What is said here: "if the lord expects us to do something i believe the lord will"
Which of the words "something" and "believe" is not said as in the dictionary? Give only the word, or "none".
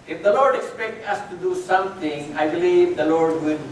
something